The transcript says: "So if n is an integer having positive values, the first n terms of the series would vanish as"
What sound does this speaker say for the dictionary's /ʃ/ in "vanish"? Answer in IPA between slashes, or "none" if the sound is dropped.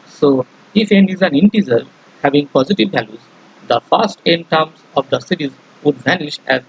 /ʃ/